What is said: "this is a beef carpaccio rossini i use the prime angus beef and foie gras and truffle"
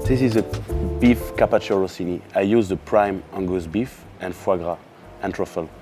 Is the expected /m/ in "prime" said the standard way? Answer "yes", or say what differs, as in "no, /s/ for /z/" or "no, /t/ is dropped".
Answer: yes